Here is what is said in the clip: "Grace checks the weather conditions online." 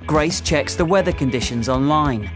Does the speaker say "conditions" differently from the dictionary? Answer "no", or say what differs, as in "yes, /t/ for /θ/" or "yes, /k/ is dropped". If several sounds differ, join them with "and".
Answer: no